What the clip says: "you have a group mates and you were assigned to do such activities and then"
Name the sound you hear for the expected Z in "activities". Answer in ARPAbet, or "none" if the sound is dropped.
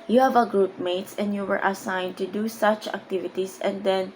S